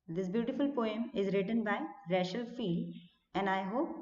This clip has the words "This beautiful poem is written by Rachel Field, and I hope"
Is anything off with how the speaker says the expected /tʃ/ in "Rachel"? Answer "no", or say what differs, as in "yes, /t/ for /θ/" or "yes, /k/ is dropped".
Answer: yes, /ʃ/ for /tʃ/